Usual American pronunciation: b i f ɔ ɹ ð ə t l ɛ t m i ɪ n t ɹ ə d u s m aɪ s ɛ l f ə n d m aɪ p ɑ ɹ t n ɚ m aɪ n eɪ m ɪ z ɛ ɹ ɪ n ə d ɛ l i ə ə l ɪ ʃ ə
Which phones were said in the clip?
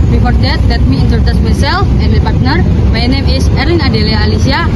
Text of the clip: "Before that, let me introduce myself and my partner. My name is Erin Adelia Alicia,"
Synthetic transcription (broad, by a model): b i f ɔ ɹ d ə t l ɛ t m i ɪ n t ə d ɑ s m aɪ s ɛ l f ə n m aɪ p ɑ ɹ t n ɚ m aɪ n eɪ m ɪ s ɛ ɹ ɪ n ə d ɛ l i ə l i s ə